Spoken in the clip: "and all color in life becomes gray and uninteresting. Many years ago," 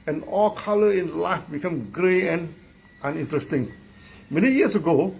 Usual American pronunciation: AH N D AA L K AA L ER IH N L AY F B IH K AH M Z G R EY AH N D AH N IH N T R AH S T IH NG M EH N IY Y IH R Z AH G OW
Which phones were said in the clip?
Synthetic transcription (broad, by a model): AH N AA L K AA L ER IH N L AY F B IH K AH M G R EY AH N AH N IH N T R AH S T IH NG M EH N IY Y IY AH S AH G OW